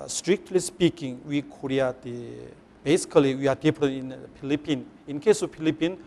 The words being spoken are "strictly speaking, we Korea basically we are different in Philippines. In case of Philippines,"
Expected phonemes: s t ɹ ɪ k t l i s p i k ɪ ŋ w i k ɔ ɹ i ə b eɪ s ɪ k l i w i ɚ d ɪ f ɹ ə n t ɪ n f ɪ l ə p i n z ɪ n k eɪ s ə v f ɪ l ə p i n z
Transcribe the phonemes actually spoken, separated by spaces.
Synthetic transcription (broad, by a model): s t ɹ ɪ k t l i s p i k ɪ ŋ w i k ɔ ɹ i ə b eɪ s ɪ k l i w i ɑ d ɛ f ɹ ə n ɪ n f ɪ l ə p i n ɪ n k eɪ s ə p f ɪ l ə p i n